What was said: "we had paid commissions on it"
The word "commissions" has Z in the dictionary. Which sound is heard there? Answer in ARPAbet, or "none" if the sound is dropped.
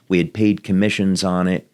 Z